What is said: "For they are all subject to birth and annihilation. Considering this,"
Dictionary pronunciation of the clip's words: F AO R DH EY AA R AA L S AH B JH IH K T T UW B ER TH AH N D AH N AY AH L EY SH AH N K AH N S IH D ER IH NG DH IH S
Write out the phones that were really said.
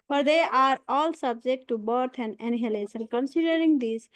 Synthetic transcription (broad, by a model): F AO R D EY AA R AA L S AH B JH IH K T T UW B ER T AH N D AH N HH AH L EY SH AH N K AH N S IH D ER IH NG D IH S